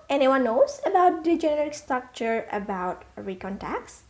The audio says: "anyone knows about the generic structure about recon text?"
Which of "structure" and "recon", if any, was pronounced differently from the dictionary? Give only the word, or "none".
none